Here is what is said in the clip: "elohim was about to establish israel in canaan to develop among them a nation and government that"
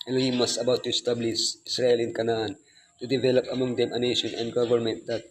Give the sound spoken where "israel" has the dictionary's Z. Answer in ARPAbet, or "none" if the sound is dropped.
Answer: S